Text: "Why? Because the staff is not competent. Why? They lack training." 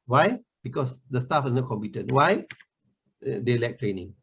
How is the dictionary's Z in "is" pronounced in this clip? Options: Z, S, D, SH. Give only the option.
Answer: S